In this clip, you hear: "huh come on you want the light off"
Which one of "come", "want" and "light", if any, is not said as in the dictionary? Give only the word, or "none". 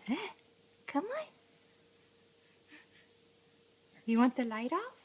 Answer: none